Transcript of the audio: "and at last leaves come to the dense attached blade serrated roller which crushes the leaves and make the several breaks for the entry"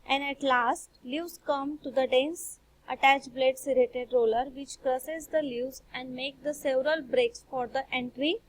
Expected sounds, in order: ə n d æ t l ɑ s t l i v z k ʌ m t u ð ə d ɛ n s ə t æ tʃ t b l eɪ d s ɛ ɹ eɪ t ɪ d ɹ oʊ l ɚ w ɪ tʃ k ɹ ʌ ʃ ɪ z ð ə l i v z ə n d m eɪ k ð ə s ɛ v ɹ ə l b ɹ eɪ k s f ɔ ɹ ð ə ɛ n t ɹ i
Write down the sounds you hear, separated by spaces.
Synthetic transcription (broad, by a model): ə n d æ t l ɑ s t l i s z k ʌ m t u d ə d ɛ n s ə t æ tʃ b l eɪ d s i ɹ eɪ t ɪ d ɹ oʊ l ɚ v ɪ tʃ k ɹ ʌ s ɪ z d ə l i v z ə n d m eɪ k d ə s ɛ v ɹ ə l b ɹ eɪ k s f ɔ ɹ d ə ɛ n t ɹ i